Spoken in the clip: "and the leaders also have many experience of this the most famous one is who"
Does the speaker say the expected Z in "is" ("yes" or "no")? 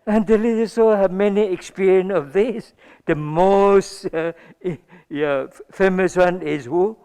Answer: no